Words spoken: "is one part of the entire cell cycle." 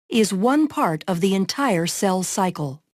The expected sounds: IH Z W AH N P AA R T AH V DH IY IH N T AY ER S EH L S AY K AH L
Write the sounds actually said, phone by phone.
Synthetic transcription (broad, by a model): IH Z W AH N P AA R T AH V DH IY IH N T AY ER S EH L S AY K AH L